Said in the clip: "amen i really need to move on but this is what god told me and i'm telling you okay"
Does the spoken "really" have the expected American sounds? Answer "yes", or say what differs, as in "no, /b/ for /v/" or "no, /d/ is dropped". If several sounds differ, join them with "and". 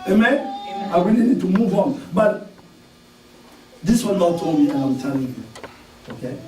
no, /w/ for /ɹ/